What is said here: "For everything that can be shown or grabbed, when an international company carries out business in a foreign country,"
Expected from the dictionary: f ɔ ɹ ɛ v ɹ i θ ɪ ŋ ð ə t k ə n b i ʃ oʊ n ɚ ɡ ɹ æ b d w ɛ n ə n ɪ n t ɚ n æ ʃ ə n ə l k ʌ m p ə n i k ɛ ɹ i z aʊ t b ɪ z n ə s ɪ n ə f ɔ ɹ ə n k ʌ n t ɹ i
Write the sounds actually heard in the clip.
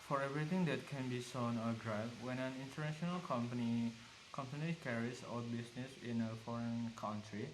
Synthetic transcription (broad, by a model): f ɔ ɹ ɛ v ɹ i t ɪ ŋ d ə t k ə n b i s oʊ n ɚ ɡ ɹ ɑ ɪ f w ɛ n ə n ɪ n t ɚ n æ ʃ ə n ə l k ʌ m p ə n i k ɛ ɹ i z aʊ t b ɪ s n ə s ɪ n ə f ɔ ɹ ə n k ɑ n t ɹ i